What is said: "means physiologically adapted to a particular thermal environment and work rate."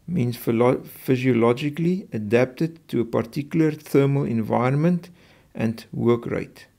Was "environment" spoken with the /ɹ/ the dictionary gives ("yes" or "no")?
no